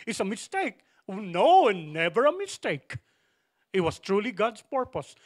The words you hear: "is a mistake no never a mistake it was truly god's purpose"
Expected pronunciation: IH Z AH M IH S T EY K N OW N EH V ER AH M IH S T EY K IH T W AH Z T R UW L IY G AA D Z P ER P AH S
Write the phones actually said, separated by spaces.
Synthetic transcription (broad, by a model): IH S AH M IH S T EY K N OW N EH V ER AH M IH S T EY K IH T W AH S T R UW L IY G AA D S P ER P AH S